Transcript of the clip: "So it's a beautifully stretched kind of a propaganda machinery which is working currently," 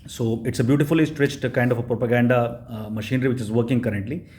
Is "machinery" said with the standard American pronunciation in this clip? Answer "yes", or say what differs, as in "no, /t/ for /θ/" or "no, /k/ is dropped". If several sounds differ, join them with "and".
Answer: yes